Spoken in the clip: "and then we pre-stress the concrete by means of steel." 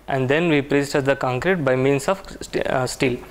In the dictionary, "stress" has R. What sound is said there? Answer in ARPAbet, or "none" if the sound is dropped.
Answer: none